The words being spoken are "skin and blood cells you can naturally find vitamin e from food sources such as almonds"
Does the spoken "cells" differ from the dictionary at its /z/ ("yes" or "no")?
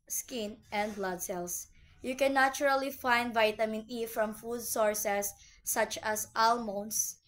yes